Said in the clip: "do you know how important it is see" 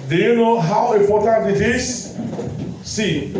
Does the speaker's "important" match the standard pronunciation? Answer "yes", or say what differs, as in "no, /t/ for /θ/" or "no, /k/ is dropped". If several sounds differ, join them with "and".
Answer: no, /m/ is dropped